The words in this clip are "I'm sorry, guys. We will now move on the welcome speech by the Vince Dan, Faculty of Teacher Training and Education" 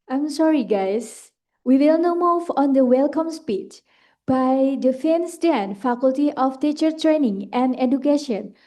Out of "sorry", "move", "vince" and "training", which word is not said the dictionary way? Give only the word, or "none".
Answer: vince